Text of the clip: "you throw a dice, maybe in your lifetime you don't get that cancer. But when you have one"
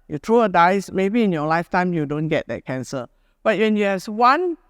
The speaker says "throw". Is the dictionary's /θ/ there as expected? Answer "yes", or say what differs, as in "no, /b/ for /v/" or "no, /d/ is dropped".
no, /t/ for /θ/